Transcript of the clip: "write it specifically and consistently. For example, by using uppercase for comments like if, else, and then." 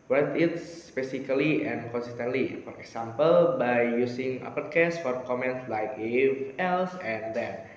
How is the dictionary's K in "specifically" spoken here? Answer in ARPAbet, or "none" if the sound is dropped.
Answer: none